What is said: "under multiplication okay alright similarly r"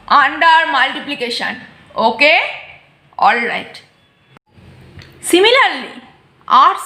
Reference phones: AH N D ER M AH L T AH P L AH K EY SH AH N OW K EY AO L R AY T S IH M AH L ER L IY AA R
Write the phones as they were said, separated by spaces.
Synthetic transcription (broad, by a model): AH N D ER M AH L T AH P L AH K EY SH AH N OW K EY AO L R AY T S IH M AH L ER L IY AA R